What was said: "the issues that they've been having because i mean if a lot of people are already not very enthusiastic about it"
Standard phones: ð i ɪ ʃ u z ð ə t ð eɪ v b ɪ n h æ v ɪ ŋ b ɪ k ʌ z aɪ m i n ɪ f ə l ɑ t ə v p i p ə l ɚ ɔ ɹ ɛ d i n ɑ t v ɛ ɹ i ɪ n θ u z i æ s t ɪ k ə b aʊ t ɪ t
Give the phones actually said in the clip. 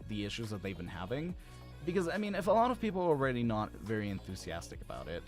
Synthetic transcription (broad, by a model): ð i ɪ ʃ u z ð ə t ð eɪ v b ɪ n h æ v ɪ ŋ b ɪ k ʌ z aɪ m i n ɪ f ə l ɑ t ə v p i p l ɚ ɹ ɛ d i n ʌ t v ɛ ɹ i ɪ n θ u z i æ s t ɪ k ə b aʊ t ɪ t